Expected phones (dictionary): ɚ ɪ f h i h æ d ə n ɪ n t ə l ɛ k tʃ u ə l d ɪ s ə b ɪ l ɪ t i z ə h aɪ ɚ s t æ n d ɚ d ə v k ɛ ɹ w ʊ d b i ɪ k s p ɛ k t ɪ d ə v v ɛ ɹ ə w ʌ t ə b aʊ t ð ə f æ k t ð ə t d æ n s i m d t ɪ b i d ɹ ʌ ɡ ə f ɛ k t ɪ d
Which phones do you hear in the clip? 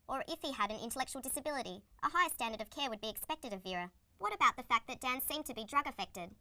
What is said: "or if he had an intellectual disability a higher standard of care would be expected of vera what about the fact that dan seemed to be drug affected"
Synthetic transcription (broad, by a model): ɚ ɪ f h i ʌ d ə n ɪ n t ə l ɛ k tʃ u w l d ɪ s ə b ɪ l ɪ t i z ə h aɪ ɚ s t æ n d ɚ d ə v k ɛ ɹ w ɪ d b i ɪ k s p ɛ k t ɪ d ə v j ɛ ɹ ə w ʌ t ə b aʊ t ð ə f æ k ð ə t d æ n s i m t ɪ b i d ɹ ʌ ɡ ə f ɛ k t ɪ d